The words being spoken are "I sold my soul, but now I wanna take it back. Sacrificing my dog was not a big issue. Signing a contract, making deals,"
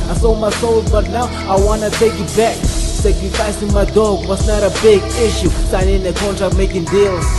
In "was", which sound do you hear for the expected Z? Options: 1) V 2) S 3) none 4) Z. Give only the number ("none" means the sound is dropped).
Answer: 2